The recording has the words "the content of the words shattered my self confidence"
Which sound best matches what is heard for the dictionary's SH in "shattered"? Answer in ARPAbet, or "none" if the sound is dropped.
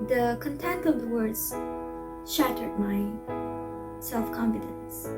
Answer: SH